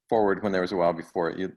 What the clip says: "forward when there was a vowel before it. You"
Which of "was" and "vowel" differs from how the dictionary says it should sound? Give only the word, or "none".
vowel